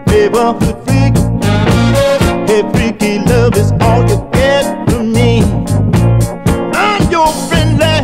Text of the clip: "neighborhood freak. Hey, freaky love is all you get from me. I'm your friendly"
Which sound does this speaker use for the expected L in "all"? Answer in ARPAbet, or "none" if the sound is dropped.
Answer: L